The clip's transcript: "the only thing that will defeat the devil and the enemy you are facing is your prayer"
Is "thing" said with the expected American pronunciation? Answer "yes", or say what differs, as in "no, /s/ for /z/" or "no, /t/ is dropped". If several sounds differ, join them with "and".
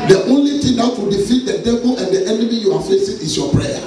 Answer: no, /t/ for /θ/